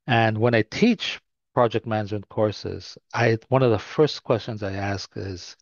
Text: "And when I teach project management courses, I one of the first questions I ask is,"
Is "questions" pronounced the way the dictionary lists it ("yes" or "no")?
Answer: yes